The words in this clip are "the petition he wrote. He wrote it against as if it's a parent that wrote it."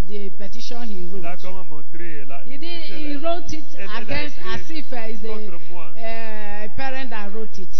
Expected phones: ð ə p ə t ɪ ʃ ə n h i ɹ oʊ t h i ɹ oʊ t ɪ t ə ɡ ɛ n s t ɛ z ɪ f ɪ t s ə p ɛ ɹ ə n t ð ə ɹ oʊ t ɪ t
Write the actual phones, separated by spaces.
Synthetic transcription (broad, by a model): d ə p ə t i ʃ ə n h i ɹ oʊ t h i ɹ oʊ t ɪ t ə ɡ ɛ n s t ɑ s ɪ f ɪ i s ə p ɛ ɹ ə n t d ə ɹ oʊ t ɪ t